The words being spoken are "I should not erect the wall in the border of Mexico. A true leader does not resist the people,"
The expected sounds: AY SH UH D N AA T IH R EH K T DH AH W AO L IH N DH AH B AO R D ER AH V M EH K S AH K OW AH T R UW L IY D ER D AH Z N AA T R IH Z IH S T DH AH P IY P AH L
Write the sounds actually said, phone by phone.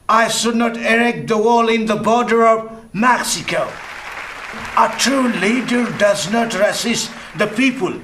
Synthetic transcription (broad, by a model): AY SH UH D N AA T IH R EH K T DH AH W AO L IH N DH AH B AO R D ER AH V M EH K S AH K OW AH T R UW L IY D ER D AH Z N AA T R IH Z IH S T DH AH P IY P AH L